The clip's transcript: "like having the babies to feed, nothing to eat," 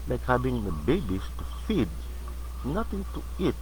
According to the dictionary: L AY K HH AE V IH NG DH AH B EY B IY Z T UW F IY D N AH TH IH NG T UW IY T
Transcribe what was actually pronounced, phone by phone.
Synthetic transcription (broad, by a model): L AY K HH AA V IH NG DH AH B EY B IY S T UW F IY D N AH T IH NG T UW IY T